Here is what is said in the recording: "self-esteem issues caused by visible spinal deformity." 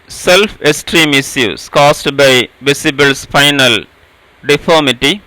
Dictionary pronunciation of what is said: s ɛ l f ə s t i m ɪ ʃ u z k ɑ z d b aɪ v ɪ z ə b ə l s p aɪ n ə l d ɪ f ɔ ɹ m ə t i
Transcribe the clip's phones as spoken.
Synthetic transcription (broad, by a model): s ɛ l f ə s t i m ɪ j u s k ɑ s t b aɪ v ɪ s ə b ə l s f aɪ n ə l d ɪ f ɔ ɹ m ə t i